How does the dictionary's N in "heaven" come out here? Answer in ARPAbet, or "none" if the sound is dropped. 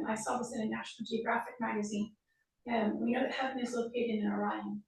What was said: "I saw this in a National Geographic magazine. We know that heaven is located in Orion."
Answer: none